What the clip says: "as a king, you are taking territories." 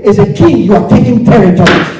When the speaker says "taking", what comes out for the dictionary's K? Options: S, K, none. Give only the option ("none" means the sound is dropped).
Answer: K